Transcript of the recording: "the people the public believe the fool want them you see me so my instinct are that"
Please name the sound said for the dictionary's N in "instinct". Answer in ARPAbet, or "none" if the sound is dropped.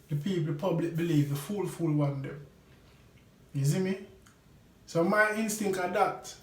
N